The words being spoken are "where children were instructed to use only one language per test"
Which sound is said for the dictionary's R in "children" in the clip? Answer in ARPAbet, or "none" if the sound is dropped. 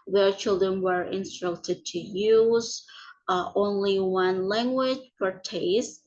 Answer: R